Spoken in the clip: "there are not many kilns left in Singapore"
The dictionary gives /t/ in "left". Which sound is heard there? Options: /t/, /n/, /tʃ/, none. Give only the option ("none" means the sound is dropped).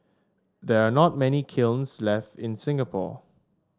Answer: /t/